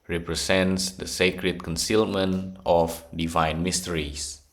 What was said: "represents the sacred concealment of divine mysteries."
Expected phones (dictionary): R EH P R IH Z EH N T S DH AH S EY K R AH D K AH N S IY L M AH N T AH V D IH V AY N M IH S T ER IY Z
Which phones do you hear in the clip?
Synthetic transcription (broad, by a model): R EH P R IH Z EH N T S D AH S EY K R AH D K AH N S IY L M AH N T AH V D IH V AY N M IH S T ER IY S